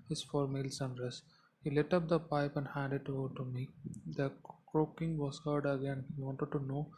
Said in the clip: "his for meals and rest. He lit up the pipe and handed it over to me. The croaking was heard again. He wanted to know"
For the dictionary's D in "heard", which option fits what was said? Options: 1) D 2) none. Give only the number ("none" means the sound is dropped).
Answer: 1